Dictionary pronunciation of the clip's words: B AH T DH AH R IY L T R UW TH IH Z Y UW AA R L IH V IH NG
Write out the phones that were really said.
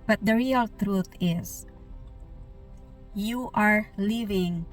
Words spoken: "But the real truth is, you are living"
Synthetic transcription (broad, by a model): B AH T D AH R IY L T R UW T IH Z Y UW AA R L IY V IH NG